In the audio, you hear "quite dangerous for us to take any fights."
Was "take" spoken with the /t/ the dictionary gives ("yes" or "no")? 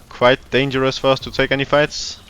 yes